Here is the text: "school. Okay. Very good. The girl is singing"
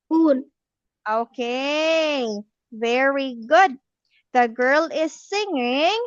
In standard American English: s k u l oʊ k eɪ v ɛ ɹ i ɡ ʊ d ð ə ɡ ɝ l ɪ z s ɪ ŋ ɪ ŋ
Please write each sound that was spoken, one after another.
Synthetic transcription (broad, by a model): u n oʊ k eɪ v ɛ ɹ i ɡ ʊ d ð ə ɡ ɝ l ɪ z s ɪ ŋ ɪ ŋ